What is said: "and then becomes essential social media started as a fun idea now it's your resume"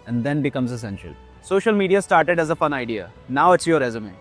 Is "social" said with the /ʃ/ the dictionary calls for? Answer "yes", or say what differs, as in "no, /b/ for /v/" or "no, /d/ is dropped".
yes